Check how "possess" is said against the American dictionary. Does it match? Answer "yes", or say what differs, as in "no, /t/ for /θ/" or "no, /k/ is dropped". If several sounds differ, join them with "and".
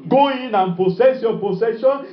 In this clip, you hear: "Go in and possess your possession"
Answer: no, /s/ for /z/